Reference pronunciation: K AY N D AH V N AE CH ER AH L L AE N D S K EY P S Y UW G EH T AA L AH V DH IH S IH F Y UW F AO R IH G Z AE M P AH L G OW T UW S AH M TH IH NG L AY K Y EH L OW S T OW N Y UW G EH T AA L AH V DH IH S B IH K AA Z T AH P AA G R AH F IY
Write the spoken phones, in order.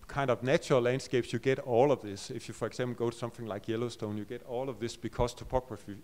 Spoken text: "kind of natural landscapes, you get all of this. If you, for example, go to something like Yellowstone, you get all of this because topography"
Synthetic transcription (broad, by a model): K AY N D AH V N AE CH ER AH L L AE N D S K EY P S Y UW G EH T AA L AH V DH IH S IH F Y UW F AO R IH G S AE M P L G OW T UW S AH M TH IH NG L AY K Y EH L OW S T OW N Y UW G EH T AA L AH V DH IH S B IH K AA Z T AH P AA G R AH F IY